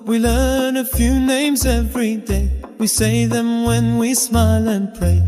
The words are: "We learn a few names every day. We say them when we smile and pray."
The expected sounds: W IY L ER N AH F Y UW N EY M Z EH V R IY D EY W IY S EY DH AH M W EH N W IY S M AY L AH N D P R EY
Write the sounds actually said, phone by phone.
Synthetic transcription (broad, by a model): W IY L ER N AH F Y UW N EY M Z EH V R IY D EY W IY S EY DH AH M W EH N W IY S M AY L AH N P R EY